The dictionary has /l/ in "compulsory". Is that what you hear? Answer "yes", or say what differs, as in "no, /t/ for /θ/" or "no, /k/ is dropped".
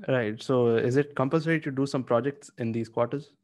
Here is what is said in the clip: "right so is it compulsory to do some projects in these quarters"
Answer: no, /n/ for /l/